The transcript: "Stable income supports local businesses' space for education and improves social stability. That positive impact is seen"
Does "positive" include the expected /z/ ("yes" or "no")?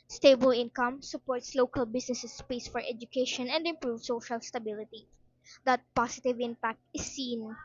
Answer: no